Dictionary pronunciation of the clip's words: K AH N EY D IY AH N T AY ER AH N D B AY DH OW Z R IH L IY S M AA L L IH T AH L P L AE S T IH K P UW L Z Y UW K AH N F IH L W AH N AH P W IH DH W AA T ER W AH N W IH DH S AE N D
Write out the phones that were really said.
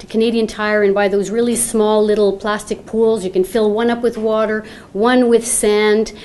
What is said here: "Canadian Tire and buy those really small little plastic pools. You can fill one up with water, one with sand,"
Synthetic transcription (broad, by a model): K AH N EY D IY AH N T AY ER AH N B AY DH OW Z R IH L IY S M AA L L IH T L P L AE S T IH K P UW L Z Y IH K AH N F IH L W AH N AH P W IH DH W AA T ER W AH N W IH DH S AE N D